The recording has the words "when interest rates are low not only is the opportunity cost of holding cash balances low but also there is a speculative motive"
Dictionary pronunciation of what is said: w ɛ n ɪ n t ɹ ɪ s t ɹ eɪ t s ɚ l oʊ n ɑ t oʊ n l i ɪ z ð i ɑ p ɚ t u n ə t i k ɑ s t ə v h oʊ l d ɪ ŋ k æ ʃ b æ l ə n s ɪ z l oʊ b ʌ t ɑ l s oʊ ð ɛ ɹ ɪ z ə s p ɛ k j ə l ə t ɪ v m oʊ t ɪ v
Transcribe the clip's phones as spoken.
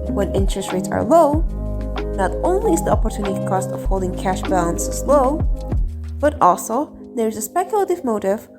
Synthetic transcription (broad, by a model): w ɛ n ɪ n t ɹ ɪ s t ɹ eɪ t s ɚ l oʊ n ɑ t oʊ n l i ɪ z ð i ɑ p ɚ t u n ə t i k ɑ s t ə v h oʊ l d ɪ ŋ k æ ʃ b æ l ə n s ɪ z l oʊ b ʌ t ɑ l s oʊ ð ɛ ɹ ɪ z ə s p ɛ k j ə l ə t ɪ v m oʊ t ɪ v